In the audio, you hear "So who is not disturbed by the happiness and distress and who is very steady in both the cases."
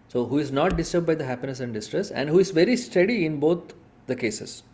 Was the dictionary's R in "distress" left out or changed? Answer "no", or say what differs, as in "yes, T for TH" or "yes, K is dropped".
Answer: no